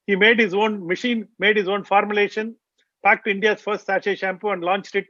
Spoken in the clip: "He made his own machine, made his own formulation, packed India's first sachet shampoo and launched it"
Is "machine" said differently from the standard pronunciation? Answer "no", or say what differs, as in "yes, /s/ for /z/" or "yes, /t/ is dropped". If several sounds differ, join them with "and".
no